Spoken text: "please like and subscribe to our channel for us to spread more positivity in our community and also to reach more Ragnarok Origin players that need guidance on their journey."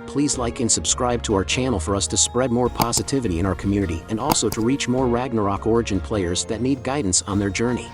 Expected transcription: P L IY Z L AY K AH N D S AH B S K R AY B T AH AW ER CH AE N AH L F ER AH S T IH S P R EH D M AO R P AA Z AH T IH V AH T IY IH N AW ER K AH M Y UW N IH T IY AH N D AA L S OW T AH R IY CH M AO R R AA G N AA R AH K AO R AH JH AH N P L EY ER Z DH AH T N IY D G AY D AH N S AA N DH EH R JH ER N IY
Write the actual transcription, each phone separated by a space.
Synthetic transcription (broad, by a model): P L IY Z L AY K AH N S AH B S K R AY B T AH AW ER CH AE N L F ER AH S T IH S P R EH D M AO R P AA Z AH T IH V AH T IY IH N AW ER K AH M Y UW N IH T IY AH N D AA L S OW T AH R IY CH M AO R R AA G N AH R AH K AO R AH JH AH N P L EY ER Z DH AH T N IY D G AY D N S N DH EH R JH ER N IY